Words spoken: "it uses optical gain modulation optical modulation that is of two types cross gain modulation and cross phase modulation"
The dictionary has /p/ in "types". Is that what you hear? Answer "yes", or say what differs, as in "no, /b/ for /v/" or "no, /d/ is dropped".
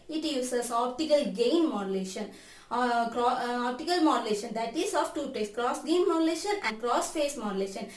no, /p/ is dropped